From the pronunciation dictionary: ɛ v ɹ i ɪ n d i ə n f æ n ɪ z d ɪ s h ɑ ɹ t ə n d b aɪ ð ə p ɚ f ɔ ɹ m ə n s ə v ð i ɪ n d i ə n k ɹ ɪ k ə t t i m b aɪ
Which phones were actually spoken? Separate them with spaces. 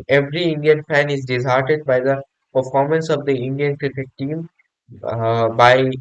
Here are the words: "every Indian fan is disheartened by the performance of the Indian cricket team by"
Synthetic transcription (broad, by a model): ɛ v ɹ i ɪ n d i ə n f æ n ɪ z d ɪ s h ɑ ɹ t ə d b aɪ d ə p ɚ f ɔ ɹ m ə n s ə v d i ɪ n d i ə n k ɹ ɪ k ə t t i m b aɪ